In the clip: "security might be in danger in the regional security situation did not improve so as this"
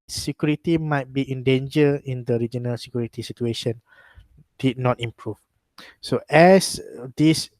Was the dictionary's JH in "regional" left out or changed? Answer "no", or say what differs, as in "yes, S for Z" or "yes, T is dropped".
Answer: no